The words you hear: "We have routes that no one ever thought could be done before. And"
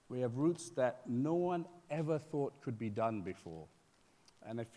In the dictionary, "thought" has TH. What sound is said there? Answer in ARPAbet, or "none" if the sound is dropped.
TH